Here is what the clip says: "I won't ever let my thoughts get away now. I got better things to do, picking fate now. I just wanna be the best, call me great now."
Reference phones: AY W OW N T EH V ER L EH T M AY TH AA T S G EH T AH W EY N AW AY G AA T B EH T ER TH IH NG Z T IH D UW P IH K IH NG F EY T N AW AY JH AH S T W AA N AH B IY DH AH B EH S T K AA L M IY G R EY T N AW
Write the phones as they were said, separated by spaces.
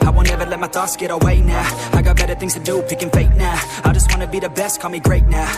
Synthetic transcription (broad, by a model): AY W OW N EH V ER L EH T M AY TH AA S G EH T AH W EY N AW AY G AA T B EH T ER TH IH NG Z T IH D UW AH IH K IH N F EY T N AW AY JH AH S T W AA N AH B IY DH AH B EH S T K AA M IY G R EY T N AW